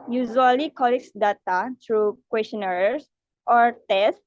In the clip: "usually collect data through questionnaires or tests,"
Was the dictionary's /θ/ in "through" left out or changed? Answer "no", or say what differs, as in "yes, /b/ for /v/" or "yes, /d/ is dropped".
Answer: yes, /t/ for /θ/